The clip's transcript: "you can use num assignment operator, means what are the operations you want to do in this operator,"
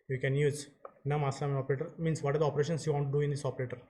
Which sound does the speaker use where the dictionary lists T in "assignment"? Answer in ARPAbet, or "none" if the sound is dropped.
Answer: none